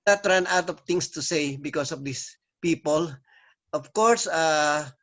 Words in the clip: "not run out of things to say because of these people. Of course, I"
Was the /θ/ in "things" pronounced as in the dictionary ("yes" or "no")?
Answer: no